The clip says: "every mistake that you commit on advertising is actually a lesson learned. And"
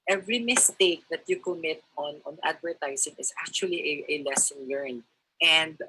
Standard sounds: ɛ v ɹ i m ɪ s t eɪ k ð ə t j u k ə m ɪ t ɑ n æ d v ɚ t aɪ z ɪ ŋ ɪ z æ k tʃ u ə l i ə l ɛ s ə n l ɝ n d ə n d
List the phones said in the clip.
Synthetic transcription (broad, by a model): ɛ v ɹ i m ɪ s t eɪ k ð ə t j u k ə m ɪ t ɑ n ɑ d v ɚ t aɪ s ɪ ŋ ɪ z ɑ k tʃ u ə l i ə l ɛ s ə n l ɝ n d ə n d